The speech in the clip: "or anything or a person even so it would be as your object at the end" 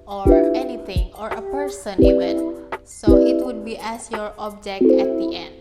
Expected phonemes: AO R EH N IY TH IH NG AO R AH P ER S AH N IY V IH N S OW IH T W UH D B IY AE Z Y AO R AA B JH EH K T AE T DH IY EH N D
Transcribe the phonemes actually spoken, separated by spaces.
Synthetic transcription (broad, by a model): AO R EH N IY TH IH NG AO R AH P ER S AH N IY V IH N S OW IH T W UH D B IY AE S Y AO R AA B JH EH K AE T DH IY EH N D